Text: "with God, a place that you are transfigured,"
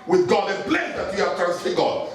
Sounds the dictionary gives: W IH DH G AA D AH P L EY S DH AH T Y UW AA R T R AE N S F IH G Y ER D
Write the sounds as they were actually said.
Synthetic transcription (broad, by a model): W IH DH G AA D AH B L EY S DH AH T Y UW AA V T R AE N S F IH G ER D